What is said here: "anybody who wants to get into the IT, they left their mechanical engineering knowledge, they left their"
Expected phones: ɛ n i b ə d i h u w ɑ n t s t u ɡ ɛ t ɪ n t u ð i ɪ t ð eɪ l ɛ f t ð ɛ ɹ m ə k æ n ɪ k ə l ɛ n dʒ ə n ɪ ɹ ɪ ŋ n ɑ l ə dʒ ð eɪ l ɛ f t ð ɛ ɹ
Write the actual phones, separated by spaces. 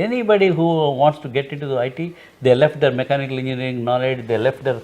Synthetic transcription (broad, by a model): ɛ n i b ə d i h u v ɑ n t s t u ɡ ɛ t ɪ n t u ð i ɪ t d eɪ l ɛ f t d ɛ ɹ m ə k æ n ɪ k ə l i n ə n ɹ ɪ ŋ n ɑ l ə dʒ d eɪ l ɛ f t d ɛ ɹ